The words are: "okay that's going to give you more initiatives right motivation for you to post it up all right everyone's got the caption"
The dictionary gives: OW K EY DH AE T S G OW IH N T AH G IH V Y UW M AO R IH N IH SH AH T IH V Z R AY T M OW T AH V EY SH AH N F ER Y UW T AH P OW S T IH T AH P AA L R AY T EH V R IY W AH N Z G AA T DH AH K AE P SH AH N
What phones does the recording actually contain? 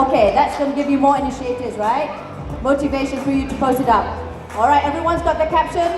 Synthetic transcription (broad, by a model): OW K EY DH AE T S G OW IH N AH G IH V Y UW M AO R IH N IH SH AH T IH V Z R AY T M OW T AH V EY SH AH N F ER Y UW T AH P OW S T IH T AH P AA L R AY T EH V R IY W AH N Z G AA T DH AH K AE P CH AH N